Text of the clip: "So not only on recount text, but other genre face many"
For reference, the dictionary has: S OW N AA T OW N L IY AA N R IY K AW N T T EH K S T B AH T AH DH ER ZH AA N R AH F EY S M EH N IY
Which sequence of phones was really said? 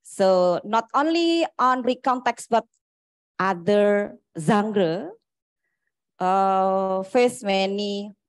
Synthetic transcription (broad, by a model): S OW N AA T OW N L IY AA N R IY K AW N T T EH K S B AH T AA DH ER Z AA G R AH F EY S M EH N IY